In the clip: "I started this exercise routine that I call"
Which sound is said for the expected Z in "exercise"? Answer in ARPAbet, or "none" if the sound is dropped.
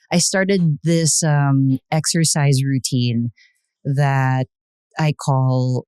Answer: Z